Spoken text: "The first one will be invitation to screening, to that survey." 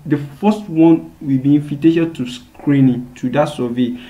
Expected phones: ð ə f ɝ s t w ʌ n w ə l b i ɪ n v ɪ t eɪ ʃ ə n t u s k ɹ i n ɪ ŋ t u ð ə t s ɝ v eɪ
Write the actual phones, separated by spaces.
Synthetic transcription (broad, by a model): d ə f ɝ s t w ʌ n w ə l b i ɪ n f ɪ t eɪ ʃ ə t u s k ɹ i n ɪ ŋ t u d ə t s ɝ v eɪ